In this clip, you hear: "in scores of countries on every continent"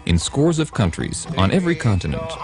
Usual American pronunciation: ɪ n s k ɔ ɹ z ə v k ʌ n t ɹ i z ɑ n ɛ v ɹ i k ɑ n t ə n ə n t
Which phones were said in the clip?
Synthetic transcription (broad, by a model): ɪ n s k ɔ ɹ z ə v k ʌ n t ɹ i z n ɛ v ɹ i k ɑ n t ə n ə n t